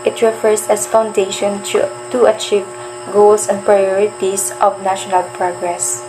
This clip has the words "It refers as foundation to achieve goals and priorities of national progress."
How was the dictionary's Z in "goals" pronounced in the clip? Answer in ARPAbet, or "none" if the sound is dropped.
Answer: S